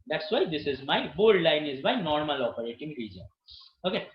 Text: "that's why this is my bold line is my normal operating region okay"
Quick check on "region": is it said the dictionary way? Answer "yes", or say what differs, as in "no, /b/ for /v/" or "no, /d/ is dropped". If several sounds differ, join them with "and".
yes